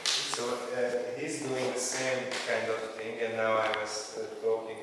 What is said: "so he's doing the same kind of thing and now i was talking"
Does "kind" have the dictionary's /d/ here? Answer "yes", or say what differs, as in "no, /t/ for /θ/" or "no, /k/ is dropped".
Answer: yes